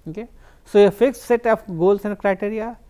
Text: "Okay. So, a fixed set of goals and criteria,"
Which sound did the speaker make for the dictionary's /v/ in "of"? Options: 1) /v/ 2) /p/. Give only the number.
2